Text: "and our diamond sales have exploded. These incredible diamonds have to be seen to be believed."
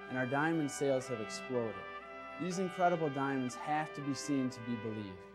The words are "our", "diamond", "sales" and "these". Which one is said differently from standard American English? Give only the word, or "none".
none